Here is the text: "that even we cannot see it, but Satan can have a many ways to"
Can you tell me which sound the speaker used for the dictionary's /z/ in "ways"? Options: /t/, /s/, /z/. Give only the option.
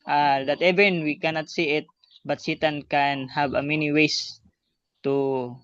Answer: /s/